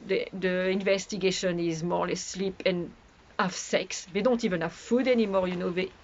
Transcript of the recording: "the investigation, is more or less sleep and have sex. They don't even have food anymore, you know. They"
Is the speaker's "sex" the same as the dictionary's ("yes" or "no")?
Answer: yes